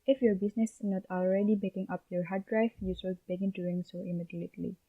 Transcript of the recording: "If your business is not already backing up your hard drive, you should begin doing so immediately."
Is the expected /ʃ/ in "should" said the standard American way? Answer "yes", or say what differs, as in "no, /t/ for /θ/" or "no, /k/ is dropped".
no, /s/ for /ʃ/